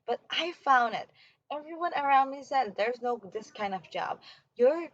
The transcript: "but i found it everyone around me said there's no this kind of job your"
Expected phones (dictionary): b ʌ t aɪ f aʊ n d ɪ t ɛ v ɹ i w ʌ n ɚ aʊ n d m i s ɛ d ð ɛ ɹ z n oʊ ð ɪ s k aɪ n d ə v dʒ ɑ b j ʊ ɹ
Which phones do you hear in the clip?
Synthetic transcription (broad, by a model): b ʌ t aɪ f aʊ n d ɪ t ɛ v ɹ i w ʌ n ɚ aʊ n d m i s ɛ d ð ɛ ɹ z n oʊ ð ɪ s k aɪ n d ə v dʒ ɑ b j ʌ ɹ